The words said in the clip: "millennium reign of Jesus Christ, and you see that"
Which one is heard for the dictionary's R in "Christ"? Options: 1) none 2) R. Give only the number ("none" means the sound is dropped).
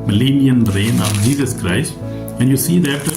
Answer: 2